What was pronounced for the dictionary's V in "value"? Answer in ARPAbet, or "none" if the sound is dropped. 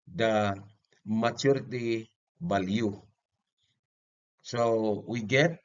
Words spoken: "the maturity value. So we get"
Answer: B